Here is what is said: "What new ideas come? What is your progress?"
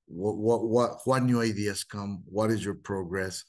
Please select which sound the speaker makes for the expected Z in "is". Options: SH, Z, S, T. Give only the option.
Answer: Z